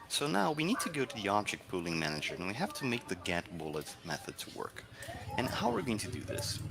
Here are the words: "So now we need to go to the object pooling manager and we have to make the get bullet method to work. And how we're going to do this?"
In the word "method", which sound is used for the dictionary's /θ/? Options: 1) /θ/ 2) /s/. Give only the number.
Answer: 1